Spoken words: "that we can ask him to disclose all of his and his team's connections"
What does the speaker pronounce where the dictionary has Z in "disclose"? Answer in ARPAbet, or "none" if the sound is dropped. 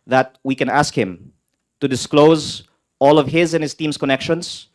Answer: Z